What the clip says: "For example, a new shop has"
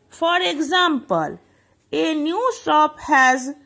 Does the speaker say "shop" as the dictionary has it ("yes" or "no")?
no